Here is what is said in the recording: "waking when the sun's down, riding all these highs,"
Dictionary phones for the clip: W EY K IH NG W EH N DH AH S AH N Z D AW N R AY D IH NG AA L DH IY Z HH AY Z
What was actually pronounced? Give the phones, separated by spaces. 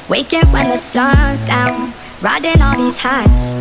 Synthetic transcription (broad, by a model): W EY K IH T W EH N DH AH S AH Z D AW N R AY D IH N AA L DH IY Z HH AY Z